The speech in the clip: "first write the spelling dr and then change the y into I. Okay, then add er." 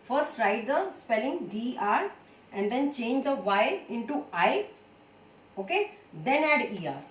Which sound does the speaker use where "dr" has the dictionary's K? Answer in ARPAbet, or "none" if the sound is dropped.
none